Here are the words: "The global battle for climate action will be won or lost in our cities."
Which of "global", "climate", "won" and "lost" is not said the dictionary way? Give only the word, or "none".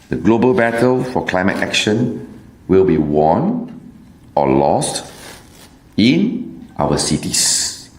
none